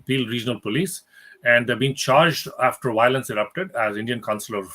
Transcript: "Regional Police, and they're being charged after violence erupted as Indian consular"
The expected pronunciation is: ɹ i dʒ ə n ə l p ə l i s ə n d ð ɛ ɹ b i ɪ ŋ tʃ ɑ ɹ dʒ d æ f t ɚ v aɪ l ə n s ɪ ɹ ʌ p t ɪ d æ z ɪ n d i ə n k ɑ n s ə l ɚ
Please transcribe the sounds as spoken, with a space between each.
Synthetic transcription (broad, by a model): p i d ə n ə l p ə l i s ə n d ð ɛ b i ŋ tʃ ɑ ɹ dʒ d æ f t ɚ v aɪ l ə n s ɪ ɹ ʌ p t ɪ d æ z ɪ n d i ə n k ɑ n s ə l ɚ